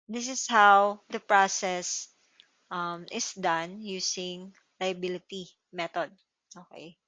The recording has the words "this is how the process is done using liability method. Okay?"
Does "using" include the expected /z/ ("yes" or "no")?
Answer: no